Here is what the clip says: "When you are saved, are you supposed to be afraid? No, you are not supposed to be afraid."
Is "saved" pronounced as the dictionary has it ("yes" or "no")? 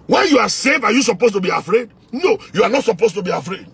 no